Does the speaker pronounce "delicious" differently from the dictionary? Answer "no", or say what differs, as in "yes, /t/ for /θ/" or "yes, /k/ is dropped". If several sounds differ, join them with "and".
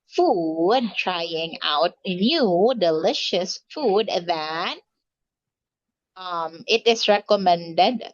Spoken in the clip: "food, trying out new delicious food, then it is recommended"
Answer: no